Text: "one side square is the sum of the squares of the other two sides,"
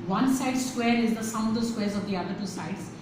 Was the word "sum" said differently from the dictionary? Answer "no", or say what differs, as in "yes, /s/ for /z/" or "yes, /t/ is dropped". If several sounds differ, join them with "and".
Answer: yes, /m/ is dropped